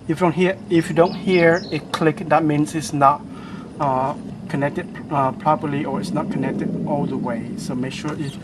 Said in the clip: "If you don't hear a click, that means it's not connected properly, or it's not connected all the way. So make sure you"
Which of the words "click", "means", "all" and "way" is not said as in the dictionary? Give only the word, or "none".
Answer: means